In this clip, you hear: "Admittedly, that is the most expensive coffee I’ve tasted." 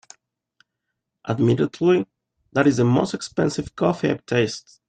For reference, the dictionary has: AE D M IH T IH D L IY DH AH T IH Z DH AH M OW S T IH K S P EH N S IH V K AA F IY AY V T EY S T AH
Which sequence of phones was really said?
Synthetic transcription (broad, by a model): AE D M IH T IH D L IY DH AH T IH Z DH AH M OW S T IH K S P EH N S IH V K AA F IY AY P T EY S T